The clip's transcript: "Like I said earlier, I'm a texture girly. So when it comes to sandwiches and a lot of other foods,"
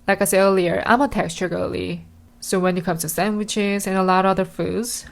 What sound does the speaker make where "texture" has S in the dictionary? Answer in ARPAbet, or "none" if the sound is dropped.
S